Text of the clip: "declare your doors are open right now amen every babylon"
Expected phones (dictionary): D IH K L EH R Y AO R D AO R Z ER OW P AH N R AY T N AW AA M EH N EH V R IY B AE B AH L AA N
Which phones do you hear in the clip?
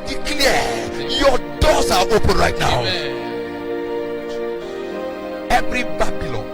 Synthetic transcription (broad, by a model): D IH K L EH Y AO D AO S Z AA OW P AH N R AY T N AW AA UH EH V R IY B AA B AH L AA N